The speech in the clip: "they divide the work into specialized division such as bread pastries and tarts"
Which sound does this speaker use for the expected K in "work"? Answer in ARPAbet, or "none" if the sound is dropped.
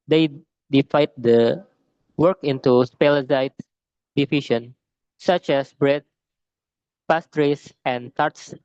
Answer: K